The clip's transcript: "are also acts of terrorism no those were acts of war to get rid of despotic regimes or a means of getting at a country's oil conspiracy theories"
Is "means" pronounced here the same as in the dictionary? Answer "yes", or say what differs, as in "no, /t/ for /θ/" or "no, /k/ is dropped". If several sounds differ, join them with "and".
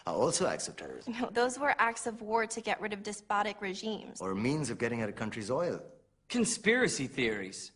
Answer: yes